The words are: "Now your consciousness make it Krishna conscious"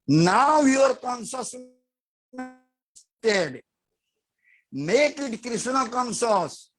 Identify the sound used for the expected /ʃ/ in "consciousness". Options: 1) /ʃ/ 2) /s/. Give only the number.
2